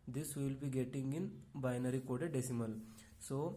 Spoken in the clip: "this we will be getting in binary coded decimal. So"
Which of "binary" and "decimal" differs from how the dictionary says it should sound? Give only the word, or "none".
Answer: none